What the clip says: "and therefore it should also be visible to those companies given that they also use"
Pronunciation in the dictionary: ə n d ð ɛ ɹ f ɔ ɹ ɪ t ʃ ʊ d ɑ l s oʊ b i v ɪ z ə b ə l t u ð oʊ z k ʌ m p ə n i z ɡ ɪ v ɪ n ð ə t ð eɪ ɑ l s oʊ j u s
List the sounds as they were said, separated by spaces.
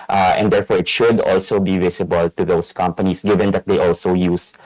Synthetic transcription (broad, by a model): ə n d ɛ ɹ f ɔ ɹ ɪ t ʃ ʊ d ɑ l s oʊ b i v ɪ s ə b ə l t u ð oʊ s k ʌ m p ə n i s ɡ ɪ v ɪ n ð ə t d eɪ ɑ l s oʊ j u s